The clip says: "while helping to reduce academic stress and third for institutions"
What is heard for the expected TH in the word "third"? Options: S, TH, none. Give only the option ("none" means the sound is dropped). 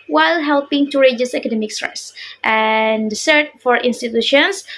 S